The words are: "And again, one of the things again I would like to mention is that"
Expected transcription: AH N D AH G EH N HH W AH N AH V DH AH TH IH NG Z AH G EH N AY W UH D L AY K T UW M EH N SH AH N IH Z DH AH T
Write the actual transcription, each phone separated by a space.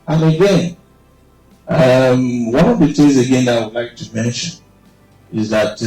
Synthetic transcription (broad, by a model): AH N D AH G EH N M W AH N AH V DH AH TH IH Z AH G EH N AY W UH D L AY K T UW M EH N SH AH N IH Z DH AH T